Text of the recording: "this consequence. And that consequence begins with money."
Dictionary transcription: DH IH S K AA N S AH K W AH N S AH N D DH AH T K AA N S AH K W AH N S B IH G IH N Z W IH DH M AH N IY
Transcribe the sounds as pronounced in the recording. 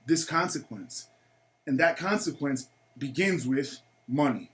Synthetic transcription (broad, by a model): DH IH S K AA N S AH K W AH N S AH N DH AH T K AA N S AH K W AH N S B IH G IH N Z W IH DH M AH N IY